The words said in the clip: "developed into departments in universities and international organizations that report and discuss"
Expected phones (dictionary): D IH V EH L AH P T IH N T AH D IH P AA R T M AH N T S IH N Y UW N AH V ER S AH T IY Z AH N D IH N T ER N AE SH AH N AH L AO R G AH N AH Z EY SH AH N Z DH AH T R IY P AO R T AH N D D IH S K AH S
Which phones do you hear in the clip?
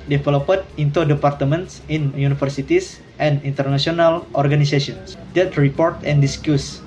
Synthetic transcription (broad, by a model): D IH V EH L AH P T IH N T AH D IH P AA R T M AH N T S IH N Y UW N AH F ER S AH T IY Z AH N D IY N T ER N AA S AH N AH L AO R G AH N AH S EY S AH N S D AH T R IY P AO R T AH N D D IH S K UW S